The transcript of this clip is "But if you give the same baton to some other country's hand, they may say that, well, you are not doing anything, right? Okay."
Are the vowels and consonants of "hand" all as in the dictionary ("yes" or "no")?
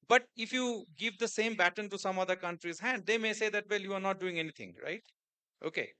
no